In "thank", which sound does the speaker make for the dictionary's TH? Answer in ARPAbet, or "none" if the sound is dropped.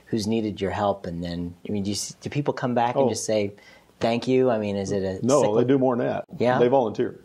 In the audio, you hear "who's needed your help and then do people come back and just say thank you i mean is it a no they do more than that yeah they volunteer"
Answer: TH